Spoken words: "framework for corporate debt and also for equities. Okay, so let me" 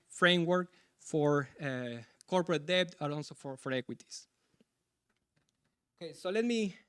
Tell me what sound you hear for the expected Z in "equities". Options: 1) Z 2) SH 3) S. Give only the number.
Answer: 3